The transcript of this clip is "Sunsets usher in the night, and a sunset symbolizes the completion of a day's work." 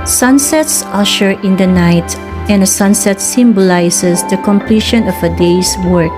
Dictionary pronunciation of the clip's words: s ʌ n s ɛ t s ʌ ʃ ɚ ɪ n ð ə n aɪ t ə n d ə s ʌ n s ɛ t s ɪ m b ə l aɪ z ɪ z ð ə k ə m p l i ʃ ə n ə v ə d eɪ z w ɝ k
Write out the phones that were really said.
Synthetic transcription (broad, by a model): s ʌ n s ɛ t s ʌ ʃ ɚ ɪ n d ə n aɪ t ə n d ə s ʌ n s ɛ t s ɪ m b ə l aɪ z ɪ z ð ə k ə m p l i ʃ ə n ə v ə d eɪ s w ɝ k